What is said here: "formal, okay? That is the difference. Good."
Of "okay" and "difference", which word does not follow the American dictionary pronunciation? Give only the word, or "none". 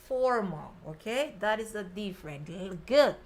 difference